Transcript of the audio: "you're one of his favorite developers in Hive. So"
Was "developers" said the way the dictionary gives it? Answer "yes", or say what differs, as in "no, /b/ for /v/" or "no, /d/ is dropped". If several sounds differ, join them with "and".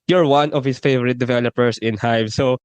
no, /s/ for /z/